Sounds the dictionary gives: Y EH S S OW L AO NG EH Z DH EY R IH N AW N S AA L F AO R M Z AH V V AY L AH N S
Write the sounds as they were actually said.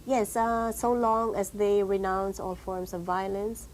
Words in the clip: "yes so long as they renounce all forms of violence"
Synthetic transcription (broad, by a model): Y EH S S OW L AO NG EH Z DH EY R IH N AW N S AA L F AO R M S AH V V AY L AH N S